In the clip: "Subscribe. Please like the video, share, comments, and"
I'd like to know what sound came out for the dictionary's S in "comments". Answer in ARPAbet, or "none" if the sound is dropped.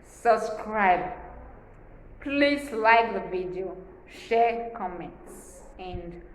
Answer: S